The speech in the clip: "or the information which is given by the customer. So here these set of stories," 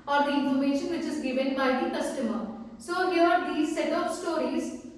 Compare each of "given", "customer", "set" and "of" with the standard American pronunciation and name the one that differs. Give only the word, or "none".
of